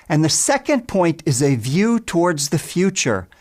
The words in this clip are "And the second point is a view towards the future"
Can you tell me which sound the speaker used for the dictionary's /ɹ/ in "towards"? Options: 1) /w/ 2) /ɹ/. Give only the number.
2